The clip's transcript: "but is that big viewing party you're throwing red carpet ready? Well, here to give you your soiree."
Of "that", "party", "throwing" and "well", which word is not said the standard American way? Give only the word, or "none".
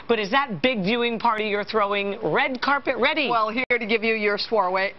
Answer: none